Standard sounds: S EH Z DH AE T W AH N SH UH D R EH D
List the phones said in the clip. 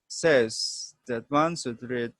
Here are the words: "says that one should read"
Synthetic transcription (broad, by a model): S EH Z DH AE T W AH N S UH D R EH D